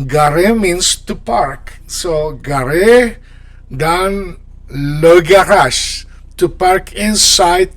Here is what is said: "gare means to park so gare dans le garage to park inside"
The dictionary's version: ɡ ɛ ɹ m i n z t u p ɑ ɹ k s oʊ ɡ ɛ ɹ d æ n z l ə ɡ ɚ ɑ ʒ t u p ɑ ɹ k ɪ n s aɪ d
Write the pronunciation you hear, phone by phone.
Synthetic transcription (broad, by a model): ɡ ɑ ɹ m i n s t u p ɑ ɹ k s oʊ ɡ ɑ ɹ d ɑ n l ə ɡ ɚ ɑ ʃ t u p ɑ ɹ k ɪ n s aɪ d